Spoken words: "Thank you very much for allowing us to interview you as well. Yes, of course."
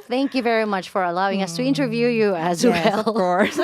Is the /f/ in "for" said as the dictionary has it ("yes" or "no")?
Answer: yes